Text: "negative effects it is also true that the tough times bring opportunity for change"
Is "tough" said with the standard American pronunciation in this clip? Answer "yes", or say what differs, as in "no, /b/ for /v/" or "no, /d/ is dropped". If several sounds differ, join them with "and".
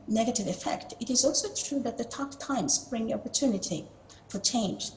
no, /p/ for /f/